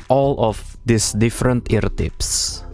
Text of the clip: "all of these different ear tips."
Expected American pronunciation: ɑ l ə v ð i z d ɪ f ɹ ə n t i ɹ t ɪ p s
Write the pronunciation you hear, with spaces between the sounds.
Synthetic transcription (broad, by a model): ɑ l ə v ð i s d ɪ f ɹ ə n t i ɹ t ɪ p s